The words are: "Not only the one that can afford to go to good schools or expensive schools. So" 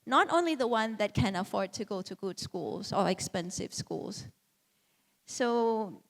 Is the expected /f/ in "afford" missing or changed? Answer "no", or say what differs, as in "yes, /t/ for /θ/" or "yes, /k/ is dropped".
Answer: no